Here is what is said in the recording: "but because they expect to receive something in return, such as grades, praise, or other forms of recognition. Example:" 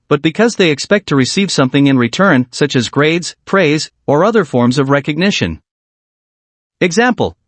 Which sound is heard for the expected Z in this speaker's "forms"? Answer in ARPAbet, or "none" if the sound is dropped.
Z